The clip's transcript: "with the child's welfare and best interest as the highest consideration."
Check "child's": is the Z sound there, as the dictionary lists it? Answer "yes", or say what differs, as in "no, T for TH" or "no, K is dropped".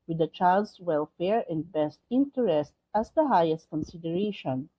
no, S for Z